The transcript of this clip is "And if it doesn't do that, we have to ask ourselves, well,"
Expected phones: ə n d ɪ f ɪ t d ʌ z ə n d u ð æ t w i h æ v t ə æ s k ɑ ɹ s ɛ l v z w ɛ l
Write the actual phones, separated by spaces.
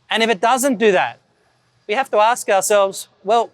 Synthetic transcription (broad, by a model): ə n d ɪ f ɪ t d ʌ z ə n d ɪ ð æ t w i h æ f t ə æ s k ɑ ɹ s ɛ l v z w ɛ l